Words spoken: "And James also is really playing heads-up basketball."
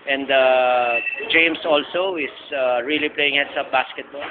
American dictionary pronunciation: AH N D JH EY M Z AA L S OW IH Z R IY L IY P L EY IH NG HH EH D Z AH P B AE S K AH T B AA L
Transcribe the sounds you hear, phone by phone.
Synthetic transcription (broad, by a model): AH N D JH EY M S AA L S OW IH S R IY L IY P L EY IH NG HH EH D S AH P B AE S K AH T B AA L